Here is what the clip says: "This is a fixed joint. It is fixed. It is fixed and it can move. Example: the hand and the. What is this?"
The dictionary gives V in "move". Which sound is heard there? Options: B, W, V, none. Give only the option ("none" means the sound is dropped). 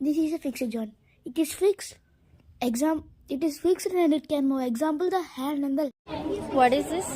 none